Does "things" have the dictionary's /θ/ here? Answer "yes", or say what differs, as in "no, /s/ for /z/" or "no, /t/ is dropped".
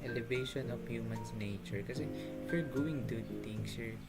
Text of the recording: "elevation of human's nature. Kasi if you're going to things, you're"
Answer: no, /t/ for /θ/